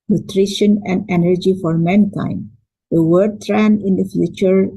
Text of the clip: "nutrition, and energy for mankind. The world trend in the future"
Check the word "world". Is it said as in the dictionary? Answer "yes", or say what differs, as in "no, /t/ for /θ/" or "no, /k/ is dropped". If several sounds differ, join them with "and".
no, /l/ is dropped